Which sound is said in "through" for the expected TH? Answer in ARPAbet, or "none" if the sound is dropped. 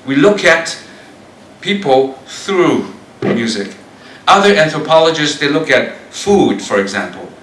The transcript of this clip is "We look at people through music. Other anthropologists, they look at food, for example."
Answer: TH